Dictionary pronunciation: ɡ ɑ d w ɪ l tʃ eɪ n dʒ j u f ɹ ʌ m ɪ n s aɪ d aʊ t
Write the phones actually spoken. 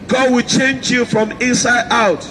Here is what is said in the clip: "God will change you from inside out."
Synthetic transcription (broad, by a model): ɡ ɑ d w ɪ l tʃ eɪ n dʒ j u f ɹ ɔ m ɪ n s aɪ d aʊ t